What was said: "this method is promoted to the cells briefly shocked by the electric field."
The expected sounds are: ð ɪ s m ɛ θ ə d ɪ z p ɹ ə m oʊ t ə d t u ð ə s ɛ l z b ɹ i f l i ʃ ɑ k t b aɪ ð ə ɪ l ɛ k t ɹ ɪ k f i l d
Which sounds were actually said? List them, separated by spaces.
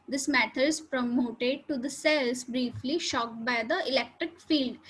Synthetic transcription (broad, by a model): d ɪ s m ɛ t ə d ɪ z p ɹ ə m oʊ t ə d t u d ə s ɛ l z b ɹ i f l i ʃ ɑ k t b aɪ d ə ɪ l ɛ k t ɹ ɪ k f i l d